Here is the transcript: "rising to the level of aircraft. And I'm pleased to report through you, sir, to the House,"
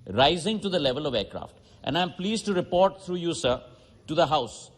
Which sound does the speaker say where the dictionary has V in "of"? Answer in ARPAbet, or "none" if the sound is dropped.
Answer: V